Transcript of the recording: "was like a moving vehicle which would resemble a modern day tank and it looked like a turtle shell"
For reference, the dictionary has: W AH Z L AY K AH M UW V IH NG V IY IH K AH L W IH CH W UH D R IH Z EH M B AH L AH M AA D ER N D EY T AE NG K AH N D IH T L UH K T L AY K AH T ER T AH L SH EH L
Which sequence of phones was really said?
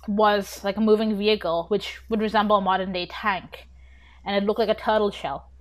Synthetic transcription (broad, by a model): W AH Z L AY K AH M UW V IH NG V IY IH K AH L W IH CH W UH D R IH Z EH M B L AH M AA D ER N D EY T AE NG K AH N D IH T L UH K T L AY K AH T ER T L SH EH L